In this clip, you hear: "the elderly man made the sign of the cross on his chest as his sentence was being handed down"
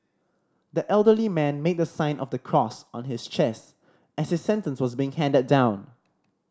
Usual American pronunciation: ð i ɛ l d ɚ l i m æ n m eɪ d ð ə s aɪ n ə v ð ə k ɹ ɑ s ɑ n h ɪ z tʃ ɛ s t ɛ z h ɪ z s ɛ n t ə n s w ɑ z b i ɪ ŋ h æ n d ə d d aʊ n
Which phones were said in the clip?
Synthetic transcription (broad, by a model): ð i ɛ l d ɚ l i m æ n m eɪ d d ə s aɪ n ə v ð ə k ɹ ɑ s ɑ n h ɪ s tʃ ɛ s t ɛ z h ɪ s ɛ n t ə n s w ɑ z b i ɪ ŋ h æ n d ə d d aʊ n